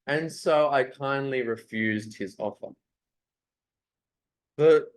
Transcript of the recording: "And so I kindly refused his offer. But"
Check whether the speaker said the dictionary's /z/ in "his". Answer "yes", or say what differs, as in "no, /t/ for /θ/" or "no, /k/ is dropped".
yes